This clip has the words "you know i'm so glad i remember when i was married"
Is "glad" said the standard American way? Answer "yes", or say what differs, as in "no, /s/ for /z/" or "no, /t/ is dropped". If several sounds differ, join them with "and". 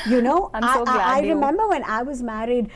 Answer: no, /d/ is dropped